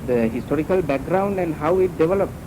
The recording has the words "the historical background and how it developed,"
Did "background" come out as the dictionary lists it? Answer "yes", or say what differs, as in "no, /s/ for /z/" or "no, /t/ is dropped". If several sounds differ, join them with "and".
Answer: yes